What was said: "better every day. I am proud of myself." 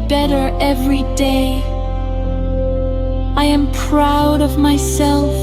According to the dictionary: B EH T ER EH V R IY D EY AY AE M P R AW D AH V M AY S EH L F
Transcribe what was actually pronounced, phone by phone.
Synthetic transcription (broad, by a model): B EH T ER EH V R IY D EY AY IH M P R AW D AH V M AY S EH L F